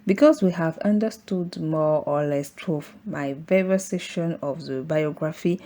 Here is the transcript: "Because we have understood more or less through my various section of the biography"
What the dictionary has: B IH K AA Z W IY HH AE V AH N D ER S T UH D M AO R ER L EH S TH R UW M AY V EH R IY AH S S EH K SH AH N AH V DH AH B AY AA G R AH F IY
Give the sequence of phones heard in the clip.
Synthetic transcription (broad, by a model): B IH K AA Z W IY HH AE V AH N D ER S T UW D M AO R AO L EH S T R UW M AY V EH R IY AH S S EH SH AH N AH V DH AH B AY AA G R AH F IY